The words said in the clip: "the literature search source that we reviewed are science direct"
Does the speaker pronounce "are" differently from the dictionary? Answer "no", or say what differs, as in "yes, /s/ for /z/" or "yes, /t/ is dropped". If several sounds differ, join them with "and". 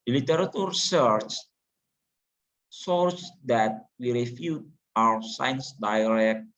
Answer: yes, /w/ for /ɹ/